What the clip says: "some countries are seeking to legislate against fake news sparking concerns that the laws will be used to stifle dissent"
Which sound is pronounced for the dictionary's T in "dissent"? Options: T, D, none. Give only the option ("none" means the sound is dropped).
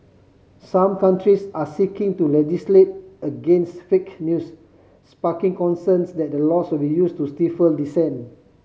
none